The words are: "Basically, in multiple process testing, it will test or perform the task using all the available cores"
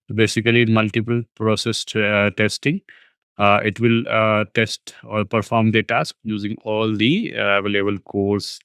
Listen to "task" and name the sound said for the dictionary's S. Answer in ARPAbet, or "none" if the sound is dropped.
S